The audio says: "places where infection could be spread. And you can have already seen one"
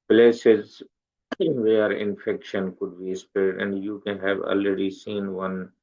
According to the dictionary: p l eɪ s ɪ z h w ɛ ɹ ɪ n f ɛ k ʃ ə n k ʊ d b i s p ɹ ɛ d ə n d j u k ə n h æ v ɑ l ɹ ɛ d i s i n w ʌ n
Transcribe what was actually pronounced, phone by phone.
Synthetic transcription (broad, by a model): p l eɪ s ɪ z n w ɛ ɹ ɪ n f ɛ k ʃ ə n k ʊ d b i s p ɛ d ə n d j u k ə n h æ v ɑ l ɹ ɛ d i s i n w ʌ n